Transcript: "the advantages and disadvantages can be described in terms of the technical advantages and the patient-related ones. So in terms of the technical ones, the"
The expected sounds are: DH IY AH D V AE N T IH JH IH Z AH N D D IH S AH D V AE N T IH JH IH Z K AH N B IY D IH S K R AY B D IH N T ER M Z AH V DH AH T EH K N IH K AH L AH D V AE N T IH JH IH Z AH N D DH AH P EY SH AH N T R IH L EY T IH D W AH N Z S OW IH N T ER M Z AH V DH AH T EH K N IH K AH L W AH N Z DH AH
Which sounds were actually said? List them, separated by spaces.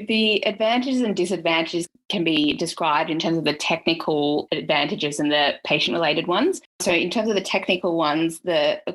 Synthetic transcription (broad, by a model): DH IY AH D V AE N T IH JH IH Z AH N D D IH S AH D V AE N T IH JH IH Z K AH N B IY D IH S K R AY B D IH N T ER M Z AH V DH AH T EH K N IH K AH L AH D V AE N T IH JH IH Z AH N DH AH P EY SH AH N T R IH L EY T IH D W AH N Z S OW IH N T ER M Z AH V DH AH T EH K N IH K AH L W AH N Z DH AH